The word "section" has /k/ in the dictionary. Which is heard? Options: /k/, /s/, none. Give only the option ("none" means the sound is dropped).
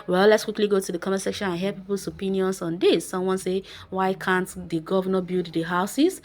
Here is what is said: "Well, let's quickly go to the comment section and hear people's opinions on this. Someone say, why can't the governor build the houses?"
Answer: /k/